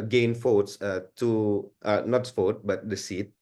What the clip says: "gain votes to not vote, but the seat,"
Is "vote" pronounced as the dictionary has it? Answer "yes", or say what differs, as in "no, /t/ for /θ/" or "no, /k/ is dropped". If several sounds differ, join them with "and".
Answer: no, /f/ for /v/